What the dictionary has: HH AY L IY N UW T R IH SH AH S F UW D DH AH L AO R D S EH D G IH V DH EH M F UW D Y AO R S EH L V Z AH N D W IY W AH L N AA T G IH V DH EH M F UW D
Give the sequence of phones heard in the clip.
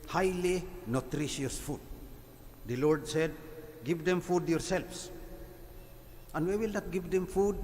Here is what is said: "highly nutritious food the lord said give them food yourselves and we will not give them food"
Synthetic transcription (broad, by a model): HH AY L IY N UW T R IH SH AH S F UW D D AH L AO R D S EH D G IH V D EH M F UW D Y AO R S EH L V S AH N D W IY W AH L N AA T G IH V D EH M F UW D